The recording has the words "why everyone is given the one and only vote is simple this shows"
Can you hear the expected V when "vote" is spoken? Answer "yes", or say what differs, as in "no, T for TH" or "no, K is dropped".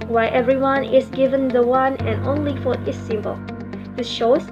no, F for V